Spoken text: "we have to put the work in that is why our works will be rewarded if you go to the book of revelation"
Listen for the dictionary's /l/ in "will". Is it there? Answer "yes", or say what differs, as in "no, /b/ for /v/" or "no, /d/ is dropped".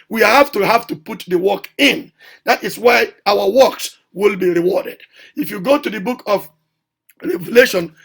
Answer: yes